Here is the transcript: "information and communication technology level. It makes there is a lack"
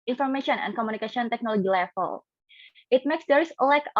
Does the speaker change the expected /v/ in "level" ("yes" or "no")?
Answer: yes